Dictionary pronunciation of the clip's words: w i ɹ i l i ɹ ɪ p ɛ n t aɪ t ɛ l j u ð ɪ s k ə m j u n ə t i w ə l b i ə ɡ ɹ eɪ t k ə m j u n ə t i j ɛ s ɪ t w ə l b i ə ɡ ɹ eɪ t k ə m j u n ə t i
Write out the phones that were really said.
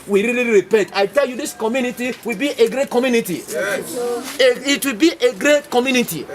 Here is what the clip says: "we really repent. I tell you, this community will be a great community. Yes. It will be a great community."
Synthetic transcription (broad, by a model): w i ɹ i l i ɹ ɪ p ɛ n t aɪ t ɛ l j u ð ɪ s k ə m j u n ə t i w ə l b i ə ɡ ɹ eɪ t k ə m j u n ə t i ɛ ɪ t w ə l b i ə ɡ ɹ eɪ t k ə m j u n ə t i